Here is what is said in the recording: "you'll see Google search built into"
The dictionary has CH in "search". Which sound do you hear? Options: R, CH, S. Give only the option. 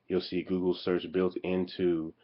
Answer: CH